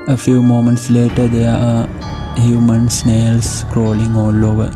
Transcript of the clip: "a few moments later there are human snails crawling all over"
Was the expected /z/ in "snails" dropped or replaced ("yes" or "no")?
yes